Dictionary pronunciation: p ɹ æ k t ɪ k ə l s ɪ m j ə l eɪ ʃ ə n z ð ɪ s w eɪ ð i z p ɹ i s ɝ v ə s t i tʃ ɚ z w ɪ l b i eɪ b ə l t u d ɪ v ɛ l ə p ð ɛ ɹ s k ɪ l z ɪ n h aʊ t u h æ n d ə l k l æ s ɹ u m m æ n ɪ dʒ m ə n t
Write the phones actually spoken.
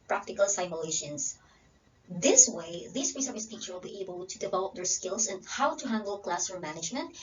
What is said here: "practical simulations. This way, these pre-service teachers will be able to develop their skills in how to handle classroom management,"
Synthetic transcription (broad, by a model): p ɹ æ k t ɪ k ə l s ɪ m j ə l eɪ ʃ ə n s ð ɪ s w eɪ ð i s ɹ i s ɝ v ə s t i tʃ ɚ w ɪ l b i eɪ b ə l t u d ɪ v ɛ l ə p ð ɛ ɹ s k ɪ l s ɪ n h aʊ t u h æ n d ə l k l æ s ʌ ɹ m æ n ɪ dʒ m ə n t